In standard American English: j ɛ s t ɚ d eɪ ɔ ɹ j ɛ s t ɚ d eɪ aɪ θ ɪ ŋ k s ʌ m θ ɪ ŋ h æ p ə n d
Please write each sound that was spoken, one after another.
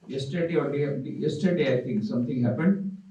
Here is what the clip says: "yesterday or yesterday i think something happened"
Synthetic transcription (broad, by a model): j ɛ s t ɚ d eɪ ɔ l j ɛ s t ɚ d eɪ aɪ t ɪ ŋ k s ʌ m t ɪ ŋ h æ p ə n d